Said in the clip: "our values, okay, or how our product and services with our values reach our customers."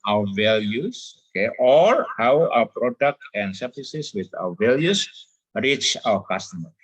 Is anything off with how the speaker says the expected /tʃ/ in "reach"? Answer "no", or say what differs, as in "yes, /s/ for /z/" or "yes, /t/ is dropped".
no